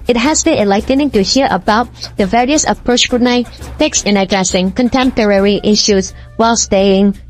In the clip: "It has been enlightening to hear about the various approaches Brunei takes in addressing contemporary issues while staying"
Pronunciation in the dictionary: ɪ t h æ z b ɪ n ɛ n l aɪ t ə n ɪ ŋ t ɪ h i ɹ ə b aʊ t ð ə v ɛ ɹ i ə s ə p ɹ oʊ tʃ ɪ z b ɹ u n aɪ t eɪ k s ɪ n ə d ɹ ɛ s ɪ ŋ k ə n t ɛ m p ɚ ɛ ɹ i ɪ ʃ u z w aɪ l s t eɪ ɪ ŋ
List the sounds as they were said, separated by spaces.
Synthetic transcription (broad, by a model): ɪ t h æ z b ɪ n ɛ l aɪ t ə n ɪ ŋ t ɪ h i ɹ ə b aʊ t ð ə v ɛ ɹ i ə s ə p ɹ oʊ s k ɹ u n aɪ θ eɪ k s ɪ n ə d ɹ ɛ s ɪ ŋ k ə n t ɛ m p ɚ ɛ ɹ i ɪ ʃ u z w aɪ l s t eɪ ɪ ŋ